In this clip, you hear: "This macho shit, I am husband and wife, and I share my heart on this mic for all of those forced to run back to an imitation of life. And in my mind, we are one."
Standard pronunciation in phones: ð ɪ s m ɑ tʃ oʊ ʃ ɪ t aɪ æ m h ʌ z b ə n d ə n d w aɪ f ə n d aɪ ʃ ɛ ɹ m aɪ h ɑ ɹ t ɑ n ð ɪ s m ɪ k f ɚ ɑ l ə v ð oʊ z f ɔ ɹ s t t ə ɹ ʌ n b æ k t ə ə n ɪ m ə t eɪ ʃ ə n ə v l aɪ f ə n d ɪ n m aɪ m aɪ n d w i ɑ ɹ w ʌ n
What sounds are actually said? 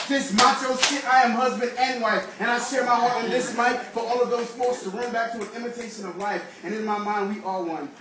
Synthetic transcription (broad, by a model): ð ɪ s m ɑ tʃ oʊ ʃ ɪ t aɪ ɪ m h ʌ z b ə n d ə n w aɪ f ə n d aɪ ʃ ɛ ɹ m aɪ h ɑ ɹ t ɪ n ð ɪ s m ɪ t f ɚ ɑ l ə v ð oʊ z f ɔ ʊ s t t ə ɹ ʌ n b æ k t ə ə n ɪ m ə t eɪ ʃ ə n ə v l aɪ f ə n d ɪ n m aɪ m aɪ n d w i ɑ l w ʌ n